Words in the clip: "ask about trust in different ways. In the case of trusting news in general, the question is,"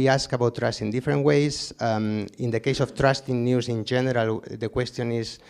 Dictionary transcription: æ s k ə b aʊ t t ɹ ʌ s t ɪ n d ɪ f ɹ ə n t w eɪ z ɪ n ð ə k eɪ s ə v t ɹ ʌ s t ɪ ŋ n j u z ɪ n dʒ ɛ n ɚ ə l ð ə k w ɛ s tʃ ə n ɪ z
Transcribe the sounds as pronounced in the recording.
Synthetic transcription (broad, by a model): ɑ s k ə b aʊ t t ɹ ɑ s t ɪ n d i f ɹ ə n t w eɪ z ɪ n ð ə k eɪ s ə f t ɹ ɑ s t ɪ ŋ n j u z ɪ n dʒ ɛ n ɚ ə l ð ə k w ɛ s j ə n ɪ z